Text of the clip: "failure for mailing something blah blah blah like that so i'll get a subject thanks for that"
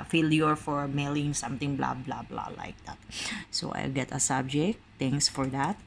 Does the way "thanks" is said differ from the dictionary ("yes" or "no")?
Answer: yes